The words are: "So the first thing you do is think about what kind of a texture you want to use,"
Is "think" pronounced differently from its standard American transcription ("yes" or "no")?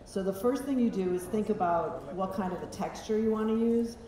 no